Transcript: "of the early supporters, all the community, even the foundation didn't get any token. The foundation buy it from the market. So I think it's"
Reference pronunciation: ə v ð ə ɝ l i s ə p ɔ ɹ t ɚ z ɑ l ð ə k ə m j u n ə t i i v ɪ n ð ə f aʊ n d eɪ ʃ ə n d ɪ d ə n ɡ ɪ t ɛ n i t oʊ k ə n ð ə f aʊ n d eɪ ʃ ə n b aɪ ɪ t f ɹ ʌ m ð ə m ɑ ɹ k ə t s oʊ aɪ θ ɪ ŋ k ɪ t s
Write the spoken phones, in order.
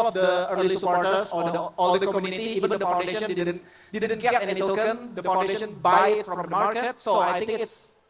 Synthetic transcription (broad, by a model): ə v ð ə ɝ l i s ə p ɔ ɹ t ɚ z ɑ l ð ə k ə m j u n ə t i i v ɪ n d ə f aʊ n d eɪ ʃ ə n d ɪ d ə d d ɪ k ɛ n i t oʊ k ə n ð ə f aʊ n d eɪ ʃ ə n b aɪ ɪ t f ɹ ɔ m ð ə m ɑ ɹ k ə t s oʊ aɪ t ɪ k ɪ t s